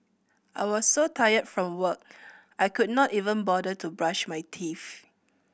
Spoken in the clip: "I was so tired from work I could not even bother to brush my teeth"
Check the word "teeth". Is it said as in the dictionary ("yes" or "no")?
no